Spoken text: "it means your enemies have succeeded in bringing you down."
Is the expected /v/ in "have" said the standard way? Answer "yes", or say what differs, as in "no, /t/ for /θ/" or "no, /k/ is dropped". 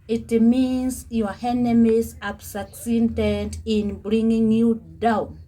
no, /p/ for /v/